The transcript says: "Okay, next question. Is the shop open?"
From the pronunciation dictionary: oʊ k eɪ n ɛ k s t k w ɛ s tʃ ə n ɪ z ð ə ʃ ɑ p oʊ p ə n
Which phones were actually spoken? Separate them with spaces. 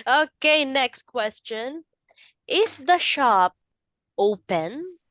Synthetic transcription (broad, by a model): oʊ k eɪ n ɛ k s t k w ɛ s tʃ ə n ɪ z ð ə ʃ ɑ p oʊ p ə n